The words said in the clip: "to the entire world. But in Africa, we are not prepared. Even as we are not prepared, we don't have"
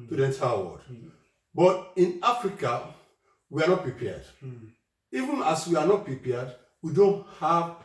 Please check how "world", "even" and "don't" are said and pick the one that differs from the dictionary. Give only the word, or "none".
world